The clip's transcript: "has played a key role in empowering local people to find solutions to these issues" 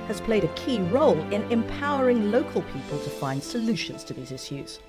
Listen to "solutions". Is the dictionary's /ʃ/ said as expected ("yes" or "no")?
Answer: yes